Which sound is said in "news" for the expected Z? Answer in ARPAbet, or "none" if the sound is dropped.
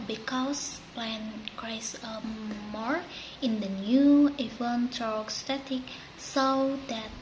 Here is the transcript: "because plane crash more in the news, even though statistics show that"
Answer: none